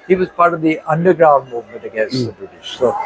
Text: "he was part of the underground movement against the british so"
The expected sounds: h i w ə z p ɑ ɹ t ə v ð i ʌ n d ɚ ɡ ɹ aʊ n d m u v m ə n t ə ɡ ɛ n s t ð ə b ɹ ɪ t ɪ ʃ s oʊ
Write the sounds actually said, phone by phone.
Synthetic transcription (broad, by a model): h i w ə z p ɑ ɹ t ə v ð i ʌ n d ɚ ɡ ɹ aʊ n d m u v m ə n t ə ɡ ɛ n s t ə b ɹ ɪ t ɪ ʃ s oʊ